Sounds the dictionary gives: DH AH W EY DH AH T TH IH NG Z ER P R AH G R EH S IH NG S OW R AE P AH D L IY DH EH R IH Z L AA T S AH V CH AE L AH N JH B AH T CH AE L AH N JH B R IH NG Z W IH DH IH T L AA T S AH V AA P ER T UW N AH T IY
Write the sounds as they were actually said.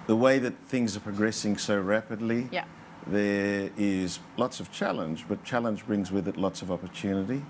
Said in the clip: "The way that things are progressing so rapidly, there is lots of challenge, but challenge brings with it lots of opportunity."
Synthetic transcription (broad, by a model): DH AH W EY DH AH T TH IH NG Z ER P R AH G R EH S IH NG S OW R AE P AH D L IY DH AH R IH Z L AA T S AH V CH AE L AH N JH B AH T CH AE L AH N JH B R IH NG Z W IH DH IH T L AA T S AH V AA P ER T UW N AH T IY